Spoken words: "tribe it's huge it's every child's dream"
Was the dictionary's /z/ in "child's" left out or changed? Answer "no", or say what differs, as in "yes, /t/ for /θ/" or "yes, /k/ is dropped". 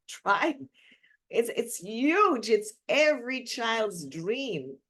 no